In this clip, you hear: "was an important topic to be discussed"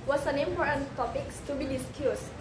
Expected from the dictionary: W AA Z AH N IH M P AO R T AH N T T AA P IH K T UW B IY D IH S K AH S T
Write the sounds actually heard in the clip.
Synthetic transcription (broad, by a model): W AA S AH N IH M F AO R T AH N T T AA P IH K T UW B IY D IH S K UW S